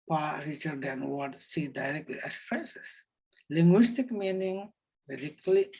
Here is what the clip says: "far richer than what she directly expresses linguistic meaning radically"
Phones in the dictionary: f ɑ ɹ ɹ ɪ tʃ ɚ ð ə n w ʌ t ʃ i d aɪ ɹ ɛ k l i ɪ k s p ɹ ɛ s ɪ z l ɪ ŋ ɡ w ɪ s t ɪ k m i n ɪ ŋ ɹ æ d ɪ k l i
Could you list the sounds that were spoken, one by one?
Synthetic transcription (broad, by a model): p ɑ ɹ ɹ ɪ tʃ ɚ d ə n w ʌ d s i d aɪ ɹ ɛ k l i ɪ s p ɹ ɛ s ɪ s l ɪ ŋ ɡ w ɪ s t ɪ k m i n ɪ ŋ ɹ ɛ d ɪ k l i